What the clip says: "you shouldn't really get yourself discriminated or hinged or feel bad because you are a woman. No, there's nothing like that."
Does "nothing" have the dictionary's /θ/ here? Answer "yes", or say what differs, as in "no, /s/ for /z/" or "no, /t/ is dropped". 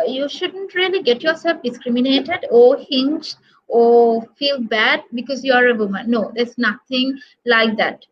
no, /t/ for /θ/